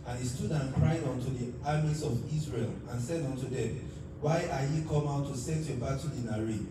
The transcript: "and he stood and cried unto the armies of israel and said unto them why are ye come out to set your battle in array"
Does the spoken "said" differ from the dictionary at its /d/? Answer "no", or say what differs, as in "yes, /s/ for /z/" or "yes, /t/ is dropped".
no